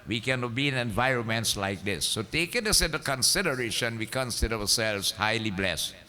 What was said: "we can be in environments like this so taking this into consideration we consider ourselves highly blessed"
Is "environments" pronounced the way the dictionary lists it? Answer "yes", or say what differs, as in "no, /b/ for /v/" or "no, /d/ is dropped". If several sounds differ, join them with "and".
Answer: yes